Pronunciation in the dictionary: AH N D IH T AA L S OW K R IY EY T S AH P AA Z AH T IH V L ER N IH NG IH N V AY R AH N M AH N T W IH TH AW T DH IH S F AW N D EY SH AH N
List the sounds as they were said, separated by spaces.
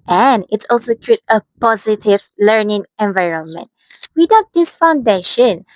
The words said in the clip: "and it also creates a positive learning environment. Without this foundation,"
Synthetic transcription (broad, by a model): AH N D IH T AA L S OW K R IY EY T AH P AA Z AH T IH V L ER N IH NG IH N V AY R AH N M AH N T W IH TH AW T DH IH S F AW N D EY SH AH N